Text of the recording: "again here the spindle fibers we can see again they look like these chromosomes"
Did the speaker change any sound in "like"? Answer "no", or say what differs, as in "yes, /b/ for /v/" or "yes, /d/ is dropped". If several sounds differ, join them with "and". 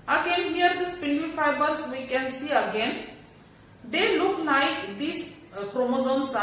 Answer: yes, /n/ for /l/